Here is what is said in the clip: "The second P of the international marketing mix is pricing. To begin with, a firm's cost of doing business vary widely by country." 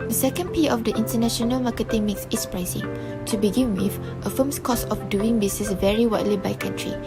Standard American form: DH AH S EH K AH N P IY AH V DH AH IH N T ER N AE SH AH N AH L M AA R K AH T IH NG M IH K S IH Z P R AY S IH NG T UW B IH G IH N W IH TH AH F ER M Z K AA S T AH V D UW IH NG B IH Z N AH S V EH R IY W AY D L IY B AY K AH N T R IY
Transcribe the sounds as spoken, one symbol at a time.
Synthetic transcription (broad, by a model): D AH S EH K AH N P IY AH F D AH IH N T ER N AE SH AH N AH L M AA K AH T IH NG M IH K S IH S P R AY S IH NG T UW B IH G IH N W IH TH AH F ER M S K AA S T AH F D UW IH NG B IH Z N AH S V EH R IY W AY D L IY B AY K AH N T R IY